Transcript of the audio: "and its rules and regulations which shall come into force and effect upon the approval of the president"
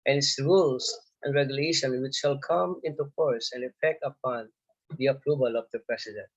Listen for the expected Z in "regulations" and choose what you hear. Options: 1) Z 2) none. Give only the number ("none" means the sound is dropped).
2